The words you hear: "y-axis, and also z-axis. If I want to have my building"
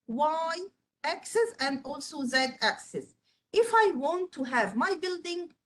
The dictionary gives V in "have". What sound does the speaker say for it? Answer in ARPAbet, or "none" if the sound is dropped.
V